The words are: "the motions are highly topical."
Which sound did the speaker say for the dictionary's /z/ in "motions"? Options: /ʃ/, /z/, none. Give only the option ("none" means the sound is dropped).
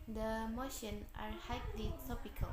none